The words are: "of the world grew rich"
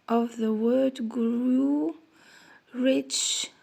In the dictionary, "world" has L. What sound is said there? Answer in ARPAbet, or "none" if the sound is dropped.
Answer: none